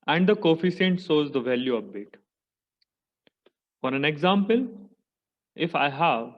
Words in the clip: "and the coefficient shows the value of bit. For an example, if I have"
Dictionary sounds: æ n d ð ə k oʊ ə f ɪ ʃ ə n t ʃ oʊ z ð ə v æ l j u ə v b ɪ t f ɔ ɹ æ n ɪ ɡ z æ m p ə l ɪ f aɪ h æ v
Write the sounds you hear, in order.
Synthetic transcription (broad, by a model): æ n d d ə k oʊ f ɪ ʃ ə n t s oʊ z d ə v æ l j u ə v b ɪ t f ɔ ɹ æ n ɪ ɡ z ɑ m p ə l ɪ f aɪ h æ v